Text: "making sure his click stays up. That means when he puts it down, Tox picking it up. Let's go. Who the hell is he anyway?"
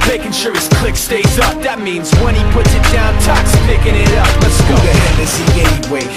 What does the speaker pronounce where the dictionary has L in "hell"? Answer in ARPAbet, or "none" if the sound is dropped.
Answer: N